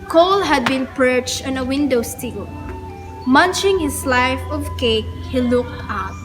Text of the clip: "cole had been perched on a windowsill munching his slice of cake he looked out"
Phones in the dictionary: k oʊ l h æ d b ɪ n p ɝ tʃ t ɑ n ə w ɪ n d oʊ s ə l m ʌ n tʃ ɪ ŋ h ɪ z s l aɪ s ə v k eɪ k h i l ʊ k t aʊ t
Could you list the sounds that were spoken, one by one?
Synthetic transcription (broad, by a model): k oʊ l h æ d b ɪ n p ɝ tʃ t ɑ n ə w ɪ n d oʊ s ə l m ʌ n tʃ ɪ ŋ h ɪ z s l aɪ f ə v k eɪ k h i l ʊ k t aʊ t